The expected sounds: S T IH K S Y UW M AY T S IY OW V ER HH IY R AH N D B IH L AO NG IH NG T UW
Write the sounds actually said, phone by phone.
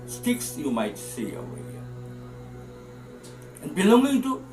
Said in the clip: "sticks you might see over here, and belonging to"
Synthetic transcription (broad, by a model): S T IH K S Y UW M AY T S IY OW ER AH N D B IH L AO NG IH NG T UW